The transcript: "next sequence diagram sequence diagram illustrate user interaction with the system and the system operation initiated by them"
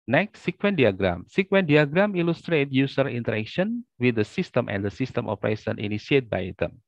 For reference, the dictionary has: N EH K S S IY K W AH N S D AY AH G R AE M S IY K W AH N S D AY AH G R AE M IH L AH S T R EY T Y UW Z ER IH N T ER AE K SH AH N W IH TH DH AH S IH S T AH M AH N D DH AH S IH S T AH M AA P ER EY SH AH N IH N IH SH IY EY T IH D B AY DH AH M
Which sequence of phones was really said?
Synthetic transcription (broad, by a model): N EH K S S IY K W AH N D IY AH G R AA M S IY K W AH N D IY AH G R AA M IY L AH S T R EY T Y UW S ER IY N T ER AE K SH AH N W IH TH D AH S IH S T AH M AH N D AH S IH S T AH M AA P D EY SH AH N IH N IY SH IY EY T B AY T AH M